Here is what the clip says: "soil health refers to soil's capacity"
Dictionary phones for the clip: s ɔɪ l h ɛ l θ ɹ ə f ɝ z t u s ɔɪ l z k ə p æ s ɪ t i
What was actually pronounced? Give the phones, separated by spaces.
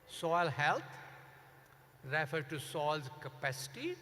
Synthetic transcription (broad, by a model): s ɔɪ l h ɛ l t ɹ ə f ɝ t u s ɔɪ l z k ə p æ s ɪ t i